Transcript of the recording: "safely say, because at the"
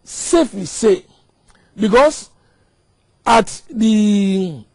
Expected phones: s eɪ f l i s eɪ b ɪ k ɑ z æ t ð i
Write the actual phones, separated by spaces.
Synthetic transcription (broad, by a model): s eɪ f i s eɪ b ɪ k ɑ s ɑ t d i